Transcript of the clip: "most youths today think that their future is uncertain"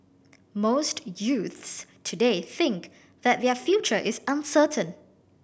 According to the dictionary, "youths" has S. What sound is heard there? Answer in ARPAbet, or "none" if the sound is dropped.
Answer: S